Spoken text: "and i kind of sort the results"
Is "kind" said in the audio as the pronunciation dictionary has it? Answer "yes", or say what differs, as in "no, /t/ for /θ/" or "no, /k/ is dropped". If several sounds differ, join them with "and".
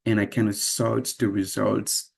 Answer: no, /d/ is dropped